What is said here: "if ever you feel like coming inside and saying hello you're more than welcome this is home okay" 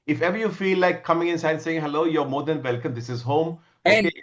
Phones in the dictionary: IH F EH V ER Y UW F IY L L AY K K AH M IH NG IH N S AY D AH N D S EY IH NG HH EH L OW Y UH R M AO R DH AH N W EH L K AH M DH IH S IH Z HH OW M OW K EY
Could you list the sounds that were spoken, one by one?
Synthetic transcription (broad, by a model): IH F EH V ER Y UW F IY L L AY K K AH M IH NG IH N S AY AH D S EY IH NG HH EH L OW Y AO M AO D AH N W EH L K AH M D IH S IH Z HH OW M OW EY